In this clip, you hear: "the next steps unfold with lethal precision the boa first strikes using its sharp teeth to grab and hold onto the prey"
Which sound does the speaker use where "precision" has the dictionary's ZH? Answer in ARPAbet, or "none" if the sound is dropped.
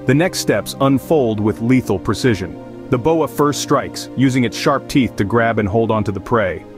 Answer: ZH